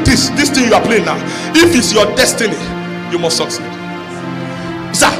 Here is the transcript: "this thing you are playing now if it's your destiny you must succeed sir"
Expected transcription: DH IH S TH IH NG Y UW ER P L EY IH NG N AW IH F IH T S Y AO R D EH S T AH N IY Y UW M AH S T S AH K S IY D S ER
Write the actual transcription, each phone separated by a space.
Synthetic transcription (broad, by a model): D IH S T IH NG Y UW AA P L EY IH N AW IH F IH T S Y AO D EH S T AH N IY Y UW M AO S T S AH K S IY D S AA